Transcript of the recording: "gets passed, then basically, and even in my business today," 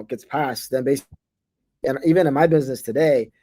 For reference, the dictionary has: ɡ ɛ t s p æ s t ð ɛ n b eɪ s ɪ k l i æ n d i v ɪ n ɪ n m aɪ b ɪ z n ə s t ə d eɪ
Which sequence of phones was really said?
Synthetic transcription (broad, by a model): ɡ ɛ t s p æ s t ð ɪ n b eɪ ɪ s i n i v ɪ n ɪ n m aɪ b ɪ z n ə s t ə d eɪ